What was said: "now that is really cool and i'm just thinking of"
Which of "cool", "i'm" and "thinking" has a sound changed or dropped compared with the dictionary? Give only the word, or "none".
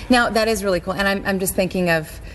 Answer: none